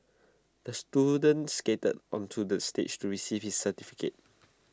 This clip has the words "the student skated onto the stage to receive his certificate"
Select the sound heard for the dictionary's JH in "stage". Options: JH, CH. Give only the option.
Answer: CH